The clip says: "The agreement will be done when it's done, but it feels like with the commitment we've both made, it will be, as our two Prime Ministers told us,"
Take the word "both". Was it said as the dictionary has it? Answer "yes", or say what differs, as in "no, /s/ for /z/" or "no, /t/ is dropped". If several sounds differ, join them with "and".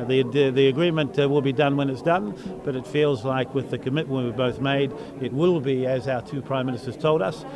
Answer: yes